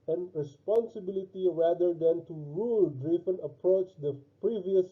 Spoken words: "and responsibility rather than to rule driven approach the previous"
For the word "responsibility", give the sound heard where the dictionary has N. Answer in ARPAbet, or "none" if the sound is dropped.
N